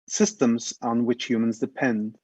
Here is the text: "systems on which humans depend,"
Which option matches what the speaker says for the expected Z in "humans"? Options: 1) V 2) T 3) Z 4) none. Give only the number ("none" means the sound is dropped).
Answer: 3